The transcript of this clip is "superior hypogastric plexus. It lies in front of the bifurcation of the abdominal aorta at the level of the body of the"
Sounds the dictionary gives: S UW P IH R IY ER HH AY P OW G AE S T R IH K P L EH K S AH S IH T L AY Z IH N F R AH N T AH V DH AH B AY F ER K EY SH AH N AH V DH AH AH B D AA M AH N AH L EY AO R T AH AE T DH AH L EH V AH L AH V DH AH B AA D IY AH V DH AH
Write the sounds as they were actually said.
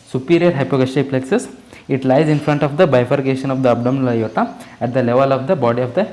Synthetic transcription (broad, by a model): S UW P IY R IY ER HH AY P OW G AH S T IH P L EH K S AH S IH T L AY Z IH N F R AH N T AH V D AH B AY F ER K EY SH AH N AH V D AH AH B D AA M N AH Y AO T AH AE T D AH L EH V AH L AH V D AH B AA D IY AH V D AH